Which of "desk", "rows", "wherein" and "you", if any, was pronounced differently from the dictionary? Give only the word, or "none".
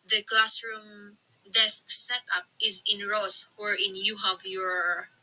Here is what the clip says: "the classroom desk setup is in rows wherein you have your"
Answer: rows